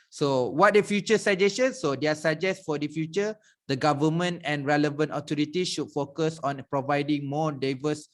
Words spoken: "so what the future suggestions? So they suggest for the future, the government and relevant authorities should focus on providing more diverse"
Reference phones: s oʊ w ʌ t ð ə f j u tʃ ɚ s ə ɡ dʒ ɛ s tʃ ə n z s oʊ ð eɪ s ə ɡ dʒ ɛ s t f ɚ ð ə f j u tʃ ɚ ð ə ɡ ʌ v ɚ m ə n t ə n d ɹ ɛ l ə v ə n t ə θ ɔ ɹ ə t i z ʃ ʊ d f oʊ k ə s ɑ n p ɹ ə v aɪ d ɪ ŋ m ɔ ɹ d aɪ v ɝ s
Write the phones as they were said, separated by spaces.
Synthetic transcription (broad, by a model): s oʊ w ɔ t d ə f j u tʃ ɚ s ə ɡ dʒ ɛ s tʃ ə n s oʊ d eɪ s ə dʒ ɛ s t f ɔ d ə f j u tʃ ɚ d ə ɡ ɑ v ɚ m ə n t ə n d ɹ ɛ l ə v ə n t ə t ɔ ɹ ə t i ʃ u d f oʊ k ə s ɑ n p ɹ ə v aɪ d ɪ ŋ m ɔ d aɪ v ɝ s